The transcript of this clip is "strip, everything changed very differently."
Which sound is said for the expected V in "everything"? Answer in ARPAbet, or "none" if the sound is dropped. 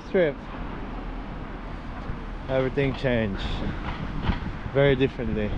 V